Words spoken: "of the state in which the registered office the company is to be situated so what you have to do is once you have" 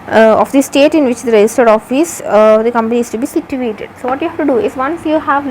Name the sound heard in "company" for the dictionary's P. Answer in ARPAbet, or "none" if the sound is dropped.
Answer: P